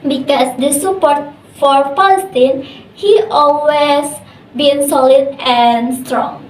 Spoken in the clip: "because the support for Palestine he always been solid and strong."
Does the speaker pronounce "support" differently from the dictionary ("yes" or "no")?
no